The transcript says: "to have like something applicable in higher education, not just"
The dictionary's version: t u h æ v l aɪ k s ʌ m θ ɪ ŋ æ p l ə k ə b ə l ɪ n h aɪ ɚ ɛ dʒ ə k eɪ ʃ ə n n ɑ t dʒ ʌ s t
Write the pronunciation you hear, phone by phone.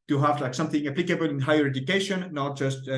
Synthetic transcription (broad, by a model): t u h æ v l aɪ k s ʌ m θ ɪ ŋ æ p l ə k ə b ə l ɪ n h aɪ ɚ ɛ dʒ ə k eɪ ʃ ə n n ɑ t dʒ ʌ s t